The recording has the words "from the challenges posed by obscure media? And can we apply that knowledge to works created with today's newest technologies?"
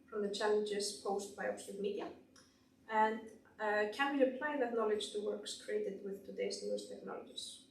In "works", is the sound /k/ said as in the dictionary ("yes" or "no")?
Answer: yes